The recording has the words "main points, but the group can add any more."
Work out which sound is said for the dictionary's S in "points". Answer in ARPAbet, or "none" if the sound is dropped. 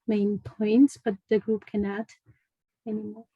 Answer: S